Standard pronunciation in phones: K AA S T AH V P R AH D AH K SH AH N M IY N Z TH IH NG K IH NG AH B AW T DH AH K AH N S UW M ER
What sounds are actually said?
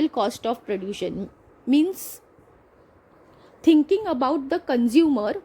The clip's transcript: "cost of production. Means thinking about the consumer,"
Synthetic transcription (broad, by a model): K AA S T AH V P R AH D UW SH AH N M IY N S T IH NG K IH NG AH B AW T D AH K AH N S UW M ER